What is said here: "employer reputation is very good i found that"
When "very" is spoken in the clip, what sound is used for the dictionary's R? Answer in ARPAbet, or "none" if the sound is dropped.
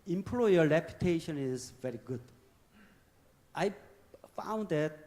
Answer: R